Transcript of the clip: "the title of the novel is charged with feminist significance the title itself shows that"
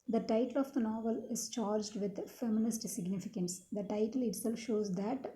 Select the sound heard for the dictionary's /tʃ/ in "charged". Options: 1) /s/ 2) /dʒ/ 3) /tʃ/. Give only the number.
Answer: 3